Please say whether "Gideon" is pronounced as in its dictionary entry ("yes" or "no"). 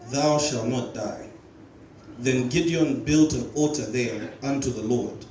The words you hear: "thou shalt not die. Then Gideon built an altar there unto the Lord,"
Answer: yes